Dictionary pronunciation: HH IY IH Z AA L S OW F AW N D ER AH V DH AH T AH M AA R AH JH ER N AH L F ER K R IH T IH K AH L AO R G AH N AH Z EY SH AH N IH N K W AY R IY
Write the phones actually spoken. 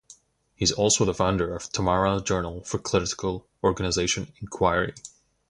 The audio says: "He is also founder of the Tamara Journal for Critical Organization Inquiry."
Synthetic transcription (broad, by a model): HH IY IH Z AA L S OW F AW N D ER AH V T AH M AA R AH JH ER N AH L F ER K L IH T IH K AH L AO R G AH N AH Z EY SH AH N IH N K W AY R IY